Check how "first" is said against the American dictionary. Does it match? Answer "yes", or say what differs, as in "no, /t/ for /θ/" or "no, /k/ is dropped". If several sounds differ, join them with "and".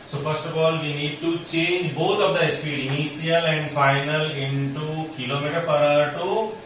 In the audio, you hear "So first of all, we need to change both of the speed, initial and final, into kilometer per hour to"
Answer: no, /p/ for /f/